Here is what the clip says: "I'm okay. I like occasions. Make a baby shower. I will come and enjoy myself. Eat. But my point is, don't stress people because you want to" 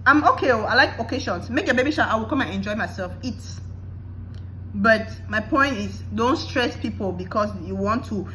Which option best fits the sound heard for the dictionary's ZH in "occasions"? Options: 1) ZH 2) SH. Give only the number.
2